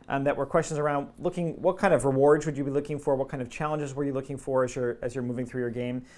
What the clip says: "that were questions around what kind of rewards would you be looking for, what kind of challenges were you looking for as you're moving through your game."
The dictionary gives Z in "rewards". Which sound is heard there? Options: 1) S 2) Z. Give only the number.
2